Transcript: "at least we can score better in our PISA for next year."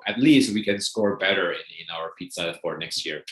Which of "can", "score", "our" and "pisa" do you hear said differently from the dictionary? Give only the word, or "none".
pisa